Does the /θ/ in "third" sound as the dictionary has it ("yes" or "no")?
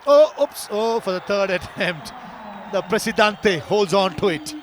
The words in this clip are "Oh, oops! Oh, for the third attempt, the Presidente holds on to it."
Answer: no